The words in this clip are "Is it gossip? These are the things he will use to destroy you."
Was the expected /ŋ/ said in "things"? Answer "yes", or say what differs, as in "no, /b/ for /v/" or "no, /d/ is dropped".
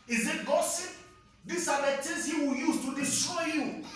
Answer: no, /ŋ/ is dropped